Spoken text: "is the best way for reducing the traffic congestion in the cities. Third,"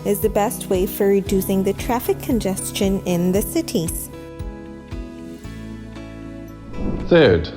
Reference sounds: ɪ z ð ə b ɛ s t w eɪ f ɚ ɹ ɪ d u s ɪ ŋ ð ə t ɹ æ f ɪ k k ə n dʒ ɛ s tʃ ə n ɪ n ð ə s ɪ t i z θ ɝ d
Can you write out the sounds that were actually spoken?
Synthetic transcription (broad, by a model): ɪ z ð ə b ɛ s t w eɪ f ɚ ɹ ɪ d u s ɪ ŋ ð ə t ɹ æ f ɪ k k ə n dʒ ɛ s tʃ ə n ɪ n ð ə s ɪ t i z θ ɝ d